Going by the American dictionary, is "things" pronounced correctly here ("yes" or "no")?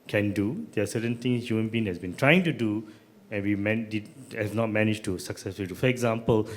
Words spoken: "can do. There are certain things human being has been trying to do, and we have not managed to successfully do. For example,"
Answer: no